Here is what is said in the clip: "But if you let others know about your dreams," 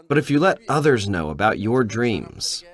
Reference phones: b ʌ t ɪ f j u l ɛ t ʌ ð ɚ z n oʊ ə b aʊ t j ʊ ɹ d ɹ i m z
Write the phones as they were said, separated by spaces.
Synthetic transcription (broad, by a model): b ʌ t ɪ f j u l ɛ t ʌ ð ɚ z n oʊ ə b aʊ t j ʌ ɹ d ɹ i m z